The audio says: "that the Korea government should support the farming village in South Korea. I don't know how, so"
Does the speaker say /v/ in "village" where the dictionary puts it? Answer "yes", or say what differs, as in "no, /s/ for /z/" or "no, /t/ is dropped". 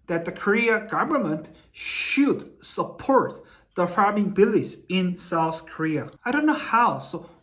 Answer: no, /b/ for /v/